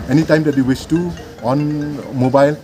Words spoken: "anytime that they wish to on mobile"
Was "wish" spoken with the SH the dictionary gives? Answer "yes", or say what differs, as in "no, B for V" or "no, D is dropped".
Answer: no, S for SH